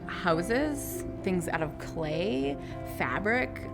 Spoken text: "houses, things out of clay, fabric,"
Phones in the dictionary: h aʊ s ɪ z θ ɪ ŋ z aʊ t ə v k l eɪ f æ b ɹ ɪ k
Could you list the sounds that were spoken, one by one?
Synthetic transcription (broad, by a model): h aʊ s ɪ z θ ɪ ŋ z aʊ t ə v k l eɪ f æ b ɹ ɪ k